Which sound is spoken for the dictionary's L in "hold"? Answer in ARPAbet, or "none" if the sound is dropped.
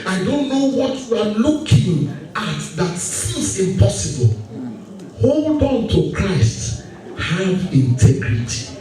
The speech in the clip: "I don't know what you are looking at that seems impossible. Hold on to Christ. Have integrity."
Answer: L